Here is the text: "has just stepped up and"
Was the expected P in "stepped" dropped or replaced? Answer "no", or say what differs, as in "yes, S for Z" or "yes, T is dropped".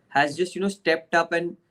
no